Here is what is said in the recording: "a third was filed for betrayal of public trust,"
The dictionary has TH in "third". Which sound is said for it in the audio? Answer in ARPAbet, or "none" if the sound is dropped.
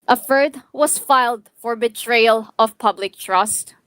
F